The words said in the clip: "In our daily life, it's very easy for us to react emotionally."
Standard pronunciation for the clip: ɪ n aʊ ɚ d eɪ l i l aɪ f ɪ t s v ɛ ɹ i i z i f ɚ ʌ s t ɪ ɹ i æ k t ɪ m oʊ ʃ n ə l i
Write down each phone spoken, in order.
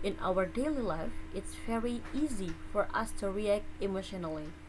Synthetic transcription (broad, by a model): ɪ n aʊ ɚ d eɪ l i l aɪ f ɪ t s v ɛ ɹ i i z i f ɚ ʌ s t ɪ ɹ i æ k t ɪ m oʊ ʃ n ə l i